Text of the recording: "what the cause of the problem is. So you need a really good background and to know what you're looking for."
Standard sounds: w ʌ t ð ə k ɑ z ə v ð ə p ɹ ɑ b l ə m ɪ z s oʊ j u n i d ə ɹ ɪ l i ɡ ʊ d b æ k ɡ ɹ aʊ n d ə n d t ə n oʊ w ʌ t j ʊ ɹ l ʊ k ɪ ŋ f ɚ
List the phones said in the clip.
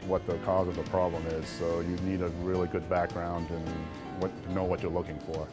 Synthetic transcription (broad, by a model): w ʌ t ð ə k ɑ z ə v ð ə p ɹ ɑ b l ə m ɪ z s oʊ j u n i d ə ɹ ɪ l i ɡ ʊ d b æ k ɡ ɹ aʊ n d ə n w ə n oʊ w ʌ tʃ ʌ ɹ l ʊ k ɪ ŋ f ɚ